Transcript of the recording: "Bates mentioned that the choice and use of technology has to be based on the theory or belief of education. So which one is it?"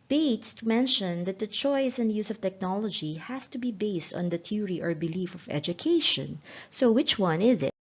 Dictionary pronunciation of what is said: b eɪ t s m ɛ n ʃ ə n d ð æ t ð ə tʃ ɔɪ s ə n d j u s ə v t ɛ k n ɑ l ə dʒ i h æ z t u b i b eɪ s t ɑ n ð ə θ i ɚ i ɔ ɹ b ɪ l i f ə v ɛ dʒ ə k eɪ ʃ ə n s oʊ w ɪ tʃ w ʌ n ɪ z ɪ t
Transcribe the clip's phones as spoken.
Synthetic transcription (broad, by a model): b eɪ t s m ɛ n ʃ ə n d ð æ t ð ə tʃ ɔɪ s ə n d j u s ə v t ɛ k n ɑ l ə dʒ i h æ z t u b i b eɪ s t ɑ n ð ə t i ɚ i ɔ ɹ b ɪ l i f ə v ɛ dʒ ə k eɪ ʃ ə n s oʊ w ɪ tʃ w ʌ n ɪ z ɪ t